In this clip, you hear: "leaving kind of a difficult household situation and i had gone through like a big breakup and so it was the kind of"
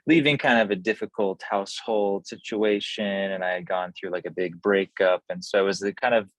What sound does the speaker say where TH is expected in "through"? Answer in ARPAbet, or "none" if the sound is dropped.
TH